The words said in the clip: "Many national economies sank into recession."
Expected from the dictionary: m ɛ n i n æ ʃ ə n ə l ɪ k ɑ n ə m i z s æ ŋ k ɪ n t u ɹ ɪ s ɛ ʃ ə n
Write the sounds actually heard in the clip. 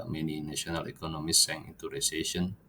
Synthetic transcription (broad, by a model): m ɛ n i n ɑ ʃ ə n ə l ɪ k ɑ n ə m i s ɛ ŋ ɪ n t u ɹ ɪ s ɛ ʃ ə n